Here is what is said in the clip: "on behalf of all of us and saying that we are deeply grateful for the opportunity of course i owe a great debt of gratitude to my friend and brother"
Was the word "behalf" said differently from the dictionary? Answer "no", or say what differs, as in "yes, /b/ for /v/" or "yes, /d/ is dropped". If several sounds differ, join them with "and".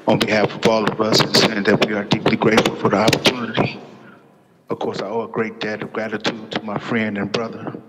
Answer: no